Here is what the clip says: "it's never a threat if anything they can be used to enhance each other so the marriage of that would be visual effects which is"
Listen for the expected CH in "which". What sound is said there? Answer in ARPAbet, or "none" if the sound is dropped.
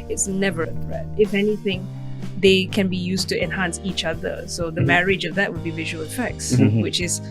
CH